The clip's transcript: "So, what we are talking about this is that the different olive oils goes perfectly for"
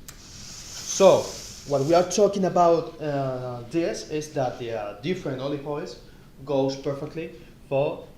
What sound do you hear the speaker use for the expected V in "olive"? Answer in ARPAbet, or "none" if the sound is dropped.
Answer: P